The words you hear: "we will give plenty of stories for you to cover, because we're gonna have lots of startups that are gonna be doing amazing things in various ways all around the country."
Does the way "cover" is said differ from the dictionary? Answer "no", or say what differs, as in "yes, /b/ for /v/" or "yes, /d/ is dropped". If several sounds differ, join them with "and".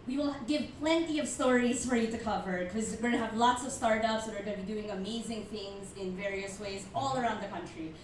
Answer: no